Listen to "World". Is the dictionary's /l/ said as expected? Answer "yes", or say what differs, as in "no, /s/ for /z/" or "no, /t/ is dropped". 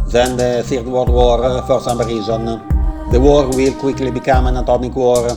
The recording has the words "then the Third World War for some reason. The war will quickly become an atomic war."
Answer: no, /w/ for /l/